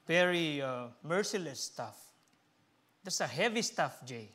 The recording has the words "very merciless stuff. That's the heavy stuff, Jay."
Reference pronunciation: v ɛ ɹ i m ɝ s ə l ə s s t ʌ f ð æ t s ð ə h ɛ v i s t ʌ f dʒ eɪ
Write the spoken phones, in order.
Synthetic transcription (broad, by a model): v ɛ ɹ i m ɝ s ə l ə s s t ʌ f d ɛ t s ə h ɛ v i s t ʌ f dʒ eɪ